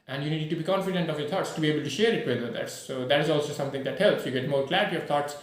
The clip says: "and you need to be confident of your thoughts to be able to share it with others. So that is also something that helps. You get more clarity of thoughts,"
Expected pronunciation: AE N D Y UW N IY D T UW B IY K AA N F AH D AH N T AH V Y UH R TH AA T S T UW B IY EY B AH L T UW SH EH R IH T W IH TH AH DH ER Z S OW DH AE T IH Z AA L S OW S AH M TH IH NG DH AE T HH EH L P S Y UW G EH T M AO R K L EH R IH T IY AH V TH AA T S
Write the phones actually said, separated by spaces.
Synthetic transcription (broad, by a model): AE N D Y UW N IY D T UW B IY K AA N F AH D AH N T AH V Y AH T AA T S T UW B IY EY B AH L T UW SH EH R IH T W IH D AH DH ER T S OW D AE T IH Z AA L S OW S AH M T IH NG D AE T HH EH L P S Y UW G EH T M AO R K L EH R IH T IY AH V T AA T S